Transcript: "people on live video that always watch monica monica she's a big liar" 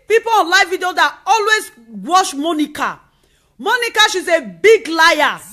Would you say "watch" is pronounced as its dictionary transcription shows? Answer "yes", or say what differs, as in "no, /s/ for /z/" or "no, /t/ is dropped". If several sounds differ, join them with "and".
no, /ʃ/ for /tʃ/